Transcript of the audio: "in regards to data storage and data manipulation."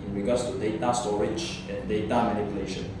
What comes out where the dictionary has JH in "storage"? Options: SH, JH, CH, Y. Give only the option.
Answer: CH